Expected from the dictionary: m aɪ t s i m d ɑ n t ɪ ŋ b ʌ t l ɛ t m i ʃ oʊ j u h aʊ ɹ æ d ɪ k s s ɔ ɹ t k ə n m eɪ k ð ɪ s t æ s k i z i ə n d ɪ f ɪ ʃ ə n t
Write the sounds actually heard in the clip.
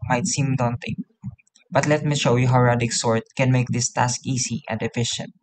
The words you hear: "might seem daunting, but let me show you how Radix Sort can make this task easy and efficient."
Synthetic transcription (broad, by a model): m aɪ t s i m d ɑ n t ɪ ŋ b ʌ t l ɛ t m i ʃ oʊ j u h aʊ ɹ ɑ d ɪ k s s ɔ ɹ t k ə n m eɪ k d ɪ s t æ s k i s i ə n d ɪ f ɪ ʃ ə n t